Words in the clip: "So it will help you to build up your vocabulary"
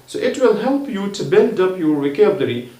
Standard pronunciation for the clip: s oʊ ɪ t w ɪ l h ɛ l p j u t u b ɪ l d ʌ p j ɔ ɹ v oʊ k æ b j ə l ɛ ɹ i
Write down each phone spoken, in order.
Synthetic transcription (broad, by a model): s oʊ ɪ t w ɪ l h ɛ l p j u t u b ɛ n d ʌ p j ɔ ɹ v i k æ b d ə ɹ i